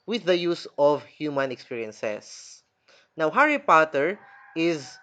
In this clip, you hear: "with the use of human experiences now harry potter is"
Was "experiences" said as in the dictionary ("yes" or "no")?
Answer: no